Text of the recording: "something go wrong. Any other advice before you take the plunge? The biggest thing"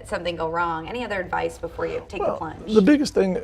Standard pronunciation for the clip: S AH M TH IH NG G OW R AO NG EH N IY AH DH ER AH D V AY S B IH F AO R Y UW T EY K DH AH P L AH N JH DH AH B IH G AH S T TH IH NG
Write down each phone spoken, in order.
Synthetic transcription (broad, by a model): S AH M TH IH NG G OW R AO NG EH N IY AH DH ER AH D V AY S B IH F AO R Y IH T EY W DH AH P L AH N DH AH B IH G AH S T TH IH NG